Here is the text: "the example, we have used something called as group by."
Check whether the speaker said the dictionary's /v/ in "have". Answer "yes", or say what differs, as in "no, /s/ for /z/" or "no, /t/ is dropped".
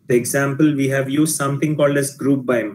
yes